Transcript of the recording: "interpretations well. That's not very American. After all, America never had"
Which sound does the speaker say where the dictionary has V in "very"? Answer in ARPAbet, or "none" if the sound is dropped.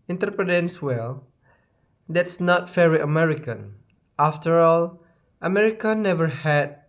F